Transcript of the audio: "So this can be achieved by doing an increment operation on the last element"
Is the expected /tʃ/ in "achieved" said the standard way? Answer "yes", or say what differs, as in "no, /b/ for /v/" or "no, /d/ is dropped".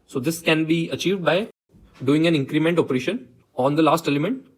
yes